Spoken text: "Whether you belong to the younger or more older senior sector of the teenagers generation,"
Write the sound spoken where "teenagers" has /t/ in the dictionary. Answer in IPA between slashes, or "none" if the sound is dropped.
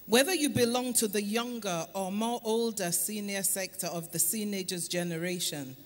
/s/